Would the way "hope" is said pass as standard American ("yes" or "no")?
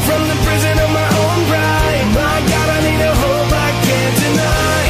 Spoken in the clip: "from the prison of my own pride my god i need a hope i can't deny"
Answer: no